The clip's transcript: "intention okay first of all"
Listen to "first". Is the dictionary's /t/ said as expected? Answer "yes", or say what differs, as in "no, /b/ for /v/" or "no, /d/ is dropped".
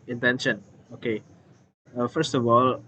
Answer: yes